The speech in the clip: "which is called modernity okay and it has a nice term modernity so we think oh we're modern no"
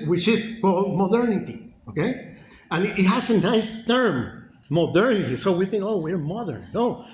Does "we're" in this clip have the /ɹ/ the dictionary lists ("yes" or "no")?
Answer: yes